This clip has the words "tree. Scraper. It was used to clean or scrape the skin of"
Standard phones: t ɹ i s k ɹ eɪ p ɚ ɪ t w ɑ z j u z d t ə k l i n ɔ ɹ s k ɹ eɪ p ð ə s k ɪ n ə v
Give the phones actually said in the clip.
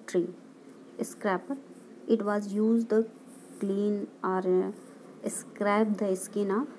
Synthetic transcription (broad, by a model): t ɹ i s k ɹ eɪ p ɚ ɪ t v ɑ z j u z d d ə k l i n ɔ ɹ s k ɹ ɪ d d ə s k ɪ n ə